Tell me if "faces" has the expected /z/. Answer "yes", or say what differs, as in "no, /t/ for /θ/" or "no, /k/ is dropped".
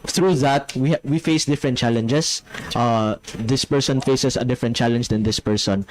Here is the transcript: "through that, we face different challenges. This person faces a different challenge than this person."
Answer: no, /s/ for /z/